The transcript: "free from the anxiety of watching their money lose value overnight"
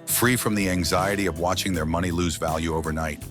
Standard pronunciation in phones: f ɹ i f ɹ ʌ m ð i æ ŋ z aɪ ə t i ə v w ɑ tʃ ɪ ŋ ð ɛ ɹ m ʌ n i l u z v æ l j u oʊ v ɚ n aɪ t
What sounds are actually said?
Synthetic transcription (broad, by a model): f ɹ i f ɹ ʌ m ð i æ ŋ z aɪ ə t i ə v w ɑ tʃ ɪ ŋ ð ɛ ɹ m ʌ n i l u z v æ l j u oʊ v ɚ n aɪ t